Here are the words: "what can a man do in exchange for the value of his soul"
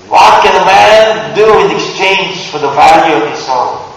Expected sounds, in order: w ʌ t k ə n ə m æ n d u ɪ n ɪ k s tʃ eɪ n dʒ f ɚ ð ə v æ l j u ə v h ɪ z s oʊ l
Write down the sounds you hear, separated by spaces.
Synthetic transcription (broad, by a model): w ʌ t k ə n ə m æ n d u ɪ n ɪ k s tʃ eɪ n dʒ f ɚ ð ə v æ l j u ə v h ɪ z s oʊ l